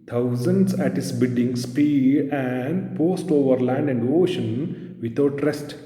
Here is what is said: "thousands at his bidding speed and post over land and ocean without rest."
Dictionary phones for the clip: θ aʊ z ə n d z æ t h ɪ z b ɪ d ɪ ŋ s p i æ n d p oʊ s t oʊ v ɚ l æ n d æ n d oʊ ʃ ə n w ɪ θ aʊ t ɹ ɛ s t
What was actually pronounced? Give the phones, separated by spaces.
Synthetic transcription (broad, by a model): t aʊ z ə n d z æ t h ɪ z b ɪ d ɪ ŋ s p i æ n d p oʊ s t oʊ v ɚ l æ n d æ n d oʊ ʃ ə n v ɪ t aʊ t ɹ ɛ s t